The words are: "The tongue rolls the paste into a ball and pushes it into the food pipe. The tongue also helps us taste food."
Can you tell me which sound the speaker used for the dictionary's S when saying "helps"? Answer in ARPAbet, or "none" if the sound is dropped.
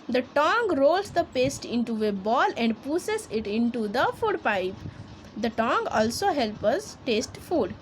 none